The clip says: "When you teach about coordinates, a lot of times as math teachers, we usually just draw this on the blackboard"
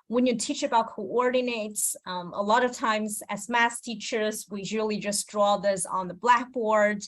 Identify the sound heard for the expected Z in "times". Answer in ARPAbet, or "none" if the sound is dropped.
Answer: Z